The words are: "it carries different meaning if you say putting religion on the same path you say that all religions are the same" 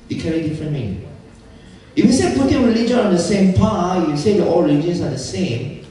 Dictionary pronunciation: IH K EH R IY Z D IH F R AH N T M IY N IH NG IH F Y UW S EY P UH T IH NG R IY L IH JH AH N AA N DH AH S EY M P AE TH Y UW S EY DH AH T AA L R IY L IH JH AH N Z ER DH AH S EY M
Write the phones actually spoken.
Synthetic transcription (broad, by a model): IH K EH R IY D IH F R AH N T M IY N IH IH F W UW S EY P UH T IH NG R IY L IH JH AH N AA N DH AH S EY M P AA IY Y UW S EY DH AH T AA L R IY L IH JH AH N S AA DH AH S EY M